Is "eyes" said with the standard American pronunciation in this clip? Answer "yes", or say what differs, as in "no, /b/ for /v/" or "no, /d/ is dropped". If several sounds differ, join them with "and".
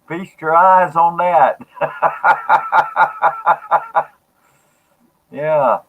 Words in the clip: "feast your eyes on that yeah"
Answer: yes